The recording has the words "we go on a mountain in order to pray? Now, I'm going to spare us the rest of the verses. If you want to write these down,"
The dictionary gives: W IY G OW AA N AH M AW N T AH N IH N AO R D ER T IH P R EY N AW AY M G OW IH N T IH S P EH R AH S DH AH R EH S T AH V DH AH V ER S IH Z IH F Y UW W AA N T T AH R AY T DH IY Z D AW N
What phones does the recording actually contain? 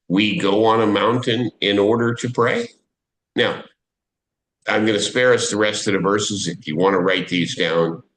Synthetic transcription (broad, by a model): W IY G OW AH N AH M AW N T AH N IH N AO R D ER T IH P R EY N AW AY M G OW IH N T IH S P EH R AH S DH AH R EH S T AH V DH AH V ER S IH Z IH F Y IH W AA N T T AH R AY T DH IY Z D AW N